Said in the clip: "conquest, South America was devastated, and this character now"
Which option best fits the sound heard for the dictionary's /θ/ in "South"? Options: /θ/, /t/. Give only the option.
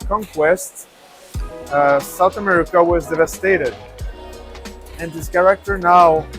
/θ/